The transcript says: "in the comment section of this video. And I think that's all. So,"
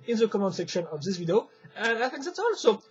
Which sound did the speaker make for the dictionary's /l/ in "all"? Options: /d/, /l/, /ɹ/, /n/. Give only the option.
/n/